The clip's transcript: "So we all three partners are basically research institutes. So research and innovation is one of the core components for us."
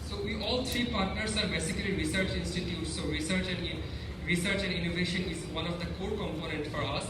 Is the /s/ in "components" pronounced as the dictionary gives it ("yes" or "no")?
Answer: no